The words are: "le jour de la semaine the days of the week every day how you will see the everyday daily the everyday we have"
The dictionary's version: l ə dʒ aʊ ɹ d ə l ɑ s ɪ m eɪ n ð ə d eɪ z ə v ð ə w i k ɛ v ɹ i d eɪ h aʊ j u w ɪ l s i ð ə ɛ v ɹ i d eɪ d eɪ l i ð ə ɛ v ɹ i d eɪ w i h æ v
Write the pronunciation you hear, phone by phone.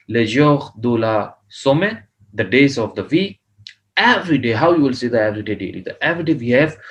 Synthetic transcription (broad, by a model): l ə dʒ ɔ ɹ d ə l ɑ s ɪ m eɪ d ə d eɪ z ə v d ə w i ɛ v ɹ i d eɪ h aʊ j u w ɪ l s i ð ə ɛ v ɹ i d eɪ d eɪ l i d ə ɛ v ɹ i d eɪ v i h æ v